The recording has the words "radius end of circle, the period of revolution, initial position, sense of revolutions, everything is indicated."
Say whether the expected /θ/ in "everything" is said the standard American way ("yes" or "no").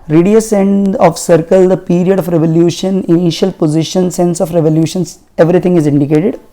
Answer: no